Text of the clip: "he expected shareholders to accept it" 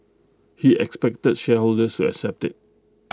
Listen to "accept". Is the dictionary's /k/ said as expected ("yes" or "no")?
yes